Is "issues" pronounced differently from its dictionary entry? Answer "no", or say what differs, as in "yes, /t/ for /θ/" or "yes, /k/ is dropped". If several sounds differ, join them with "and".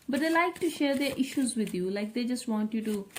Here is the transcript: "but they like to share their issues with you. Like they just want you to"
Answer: no